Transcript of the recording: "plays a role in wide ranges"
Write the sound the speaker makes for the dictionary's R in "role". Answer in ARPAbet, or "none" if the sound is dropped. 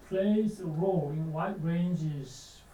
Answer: R